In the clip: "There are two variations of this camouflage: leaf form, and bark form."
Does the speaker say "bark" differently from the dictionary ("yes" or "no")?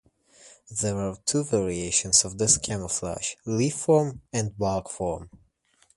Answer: yes